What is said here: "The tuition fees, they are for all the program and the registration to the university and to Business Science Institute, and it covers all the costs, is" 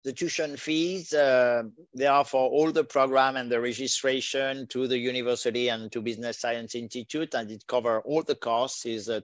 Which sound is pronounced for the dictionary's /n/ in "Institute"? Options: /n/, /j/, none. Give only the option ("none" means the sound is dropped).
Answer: /n/